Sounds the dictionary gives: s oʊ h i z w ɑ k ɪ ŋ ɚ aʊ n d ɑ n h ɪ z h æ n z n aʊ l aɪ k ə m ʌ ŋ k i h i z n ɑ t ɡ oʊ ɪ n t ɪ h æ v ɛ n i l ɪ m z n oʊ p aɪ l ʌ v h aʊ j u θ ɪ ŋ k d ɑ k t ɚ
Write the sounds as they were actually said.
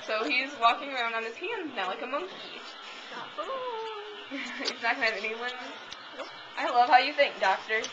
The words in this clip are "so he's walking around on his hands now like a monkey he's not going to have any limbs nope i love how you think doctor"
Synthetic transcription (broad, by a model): s oʊ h i z w ɑ k ɪ ŋ ɚ aʊ n d n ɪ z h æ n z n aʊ l aɪ k ə m ʌ ŋ k i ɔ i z n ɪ t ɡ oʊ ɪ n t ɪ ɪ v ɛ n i w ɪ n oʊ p aɪ l ʌ v h aʊ j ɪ θ ɪ ŋ k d ɑ k t ɚ